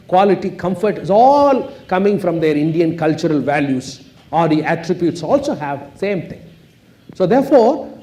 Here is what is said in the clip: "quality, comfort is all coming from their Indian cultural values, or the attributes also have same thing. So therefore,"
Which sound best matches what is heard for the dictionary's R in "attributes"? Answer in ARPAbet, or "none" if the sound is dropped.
R